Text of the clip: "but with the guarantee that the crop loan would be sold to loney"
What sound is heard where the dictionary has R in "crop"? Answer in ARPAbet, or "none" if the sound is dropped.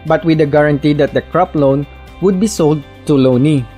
R